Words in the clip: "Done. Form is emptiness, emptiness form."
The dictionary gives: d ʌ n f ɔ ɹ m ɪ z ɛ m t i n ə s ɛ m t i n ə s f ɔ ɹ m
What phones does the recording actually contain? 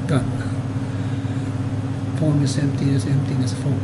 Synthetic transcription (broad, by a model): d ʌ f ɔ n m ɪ s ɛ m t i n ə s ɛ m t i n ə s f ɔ